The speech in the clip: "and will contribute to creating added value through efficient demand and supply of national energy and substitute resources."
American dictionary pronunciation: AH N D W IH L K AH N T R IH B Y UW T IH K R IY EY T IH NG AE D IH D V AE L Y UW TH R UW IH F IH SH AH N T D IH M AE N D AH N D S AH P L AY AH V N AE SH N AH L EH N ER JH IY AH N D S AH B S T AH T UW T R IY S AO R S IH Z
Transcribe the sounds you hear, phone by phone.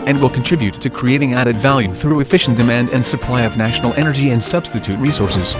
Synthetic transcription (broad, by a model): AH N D W IH L K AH N T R IH B Y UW T IH K R IY EY T IH NG AE D IH D V AE L Y UW TH R UW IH F IH SH N D IH M AE N D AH N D S AH P L AY AH V N AE SH N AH L EH N ER JH IY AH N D S AH B S T AH T UW T R IY S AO R S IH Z